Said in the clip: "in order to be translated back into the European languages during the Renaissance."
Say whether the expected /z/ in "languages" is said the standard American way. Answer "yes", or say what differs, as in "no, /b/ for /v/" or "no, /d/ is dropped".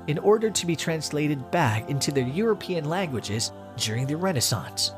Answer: yes